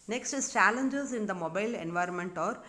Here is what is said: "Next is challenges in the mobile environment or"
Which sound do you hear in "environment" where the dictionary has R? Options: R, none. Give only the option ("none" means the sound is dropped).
R